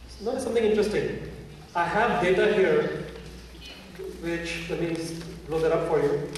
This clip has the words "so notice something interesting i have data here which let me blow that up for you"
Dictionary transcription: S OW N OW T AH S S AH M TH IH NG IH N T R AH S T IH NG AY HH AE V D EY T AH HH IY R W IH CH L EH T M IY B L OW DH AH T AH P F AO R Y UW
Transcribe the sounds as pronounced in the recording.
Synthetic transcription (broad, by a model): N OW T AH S S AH M T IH NG IH N T R AH S T IH NG AY HH AE V D EY T AH HH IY R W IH CH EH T M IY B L OW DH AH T AH P F AO R Y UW